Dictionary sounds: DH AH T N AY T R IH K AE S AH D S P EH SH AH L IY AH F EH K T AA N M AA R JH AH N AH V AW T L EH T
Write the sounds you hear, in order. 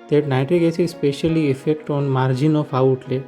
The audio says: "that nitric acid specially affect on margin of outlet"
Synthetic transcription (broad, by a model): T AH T N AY T R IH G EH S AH S P EH SH AH L IY AH F EH K T AA N M AA R JH AH N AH F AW T L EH